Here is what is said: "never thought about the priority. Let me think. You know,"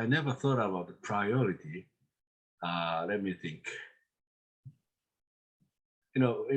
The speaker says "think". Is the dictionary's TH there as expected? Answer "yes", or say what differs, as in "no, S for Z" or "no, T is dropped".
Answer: yes